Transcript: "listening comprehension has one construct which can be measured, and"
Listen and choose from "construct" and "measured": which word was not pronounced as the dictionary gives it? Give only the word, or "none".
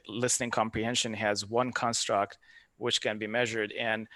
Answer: none